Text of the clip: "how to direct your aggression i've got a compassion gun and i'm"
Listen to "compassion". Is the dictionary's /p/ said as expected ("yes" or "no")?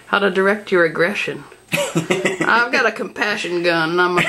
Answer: yes